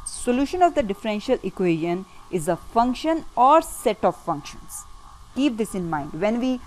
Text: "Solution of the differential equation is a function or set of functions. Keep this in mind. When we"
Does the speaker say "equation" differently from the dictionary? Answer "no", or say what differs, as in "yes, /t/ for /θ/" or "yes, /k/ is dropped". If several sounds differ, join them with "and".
no